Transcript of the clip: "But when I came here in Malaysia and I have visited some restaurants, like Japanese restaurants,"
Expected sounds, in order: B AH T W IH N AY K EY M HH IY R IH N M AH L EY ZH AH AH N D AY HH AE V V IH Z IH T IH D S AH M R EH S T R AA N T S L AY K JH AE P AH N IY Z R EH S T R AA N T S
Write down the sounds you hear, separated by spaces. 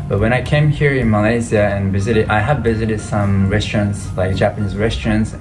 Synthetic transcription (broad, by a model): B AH T W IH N AY K EY M HH IY R IH N M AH L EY Z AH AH N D AY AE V V IH Z IH T IH D S AH M R EH S T R AA N T S L AY K JH AE P AH N IY Z R EH S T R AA N T S